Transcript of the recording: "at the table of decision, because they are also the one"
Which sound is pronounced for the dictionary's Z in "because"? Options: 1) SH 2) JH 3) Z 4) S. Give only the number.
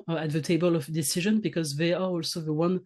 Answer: 3